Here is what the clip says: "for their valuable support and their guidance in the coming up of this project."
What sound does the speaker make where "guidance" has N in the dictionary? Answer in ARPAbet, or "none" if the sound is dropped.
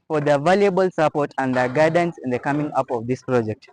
N